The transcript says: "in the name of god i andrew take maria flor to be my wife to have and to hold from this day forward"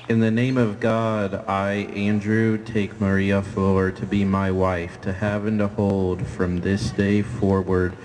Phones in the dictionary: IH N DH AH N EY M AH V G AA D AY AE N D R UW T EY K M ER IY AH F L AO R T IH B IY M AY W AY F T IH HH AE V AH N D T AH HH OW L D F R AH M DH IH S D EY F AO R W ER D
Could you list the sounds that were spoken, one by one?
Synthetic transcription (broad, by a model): IH N DH AH N EY M AH V G AA D AY AE N D R UW T EY K M ER IY AH F AO R T IH B IY M AY W AY F T IH HH AE V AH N T AH HH OW L D F R AH M DH IH S D EY F AO R W ER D